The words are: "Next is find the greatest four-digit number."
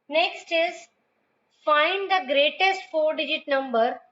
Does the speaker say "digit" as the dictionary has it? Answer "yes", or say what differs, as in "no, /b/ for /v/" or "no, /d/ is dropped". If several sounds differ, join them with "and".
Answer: yes